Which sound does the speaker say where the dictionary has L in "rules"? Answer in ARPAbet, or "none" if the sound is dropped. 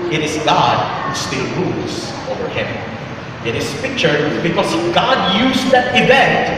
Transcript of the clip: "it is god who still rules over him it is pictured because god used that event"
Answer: L